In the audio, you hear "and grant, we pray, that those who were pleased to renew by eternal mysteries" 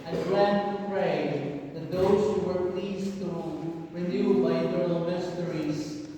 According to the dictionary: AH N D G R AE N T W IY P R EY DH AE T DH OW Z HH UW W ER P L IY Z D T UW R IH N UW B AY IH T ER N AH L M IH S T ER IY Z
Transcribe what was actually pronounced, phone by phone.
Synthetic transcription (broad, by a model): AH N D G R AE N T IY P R EY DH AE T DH OW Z HH UW W ER P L IY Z T UW R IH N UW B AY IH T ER L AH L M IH S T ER IY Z